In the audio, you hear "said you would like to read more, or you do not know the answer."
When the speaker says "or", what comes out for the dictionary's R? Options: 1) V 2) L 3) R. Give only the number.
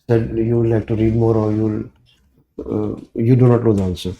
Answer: 2